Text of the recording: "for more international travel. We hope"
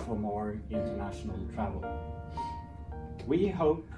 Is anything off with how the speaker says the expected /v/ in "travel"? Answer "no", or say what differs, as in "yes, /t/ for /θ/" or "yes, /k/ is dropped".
no